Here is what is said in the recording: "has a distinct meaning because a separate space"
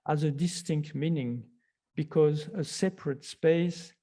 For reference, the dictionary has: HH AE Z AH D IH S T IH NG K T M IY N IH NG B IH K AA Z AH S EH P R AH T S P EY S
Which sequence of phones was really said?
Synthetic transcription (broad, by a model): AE Z AH D IH S T IH NG K T M IY N IH NG B IH K AA Z AH S EH P R AH T S P EY S